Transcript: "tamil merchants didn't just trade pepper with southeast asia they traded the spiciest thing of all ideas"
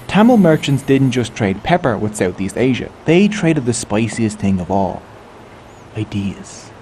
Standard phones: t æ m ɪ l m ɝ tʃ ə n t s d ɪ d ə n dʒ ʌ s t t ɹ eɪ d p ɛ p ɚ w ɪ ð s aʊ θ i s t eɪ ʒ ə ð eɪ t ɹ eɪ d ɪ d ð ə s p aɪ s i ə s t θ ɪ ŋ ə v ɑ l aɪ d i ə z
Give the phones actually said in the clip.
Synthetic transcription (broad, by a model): t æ m l m ɝ tʃ ə n t s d ɪ d n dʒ ʌ s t t ɹ eɪ d p ɛ p ɚ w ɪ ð s aʊ θ i s t eɪ ʒ ə ð eɪ t ɹ eɪ d ɪ d ð ə s p aɪ s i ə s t θ ɪ ŋ ə v ɑ l aɪ d i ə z